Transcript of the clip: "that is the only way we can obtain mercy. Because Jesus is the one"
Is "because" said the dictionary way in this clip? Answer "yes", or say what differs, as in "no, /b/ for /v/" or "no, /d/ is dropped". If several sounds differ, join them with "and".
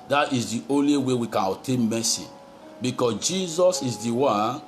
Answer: no, /s/ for /z/